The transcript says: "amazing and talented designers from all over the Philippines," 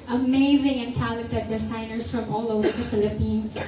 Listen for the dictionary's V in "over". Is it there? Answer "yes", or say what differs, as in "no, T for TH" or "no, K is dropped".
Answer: yes